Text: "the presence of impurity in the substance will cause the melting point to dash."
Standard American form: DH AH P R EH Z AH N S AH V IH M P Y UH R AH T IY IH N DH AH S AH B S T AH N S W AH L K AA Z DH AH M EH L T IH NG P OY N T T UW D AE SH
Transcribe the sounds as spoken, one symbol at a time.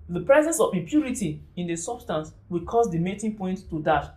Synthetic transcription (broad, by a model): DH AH P R EH Z AH N S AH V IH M P Y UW R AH T IY IH N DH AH S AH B S T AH N S W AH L K AA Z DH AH M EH T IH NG P OY N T T UW D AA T